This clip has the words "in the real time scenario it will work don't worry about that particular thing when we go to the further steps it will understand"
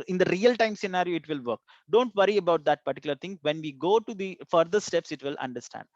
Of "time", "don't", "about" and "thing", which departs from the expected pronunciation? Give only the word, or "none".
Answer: thing